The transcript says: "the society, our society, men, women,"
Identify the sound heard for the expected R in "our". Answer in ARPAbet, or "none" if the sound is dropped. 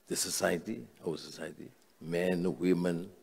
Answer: W